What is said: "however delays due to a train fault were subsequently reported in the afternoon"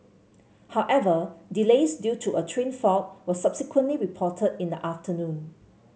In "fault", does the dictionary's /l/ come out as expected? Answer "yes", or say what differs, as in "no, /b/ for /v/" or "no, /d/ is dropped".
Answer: no, /l/ is dropped